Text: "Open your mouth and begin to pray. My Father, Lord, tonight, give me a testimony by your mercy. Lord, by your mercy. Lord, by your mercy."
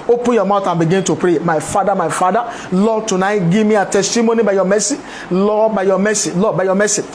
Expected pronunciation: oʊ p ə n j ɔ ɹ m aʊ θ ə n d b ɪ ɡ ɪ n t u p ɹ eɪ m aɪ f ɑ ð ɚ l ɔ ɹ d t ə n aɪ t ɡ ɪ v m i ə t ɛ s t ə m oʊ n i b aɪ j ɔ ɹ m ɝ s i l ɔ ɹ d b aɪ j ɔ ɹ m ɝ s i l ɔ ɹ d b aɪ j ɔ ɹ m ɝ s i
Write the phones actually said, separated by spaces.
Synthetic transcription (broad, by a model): oʊ p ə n j ɔ m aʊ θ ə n b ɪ ɡ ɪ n t u p ɹ eɪ m aɪ f ɑ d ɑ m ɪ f d t ə n aɪ t ɡ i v m i ə t ɛ s t ə m oʊ n i b aɪ j ɔ m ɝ s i l ɔ b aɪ j ɔ m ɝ s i l ɔ b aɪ j ɔ m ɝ s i